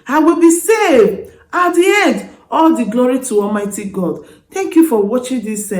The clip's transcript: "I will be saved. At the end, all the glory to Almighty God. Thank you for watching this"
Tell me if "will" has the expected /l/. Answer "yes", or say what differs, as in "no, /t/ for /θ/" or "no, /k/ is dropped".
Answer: yes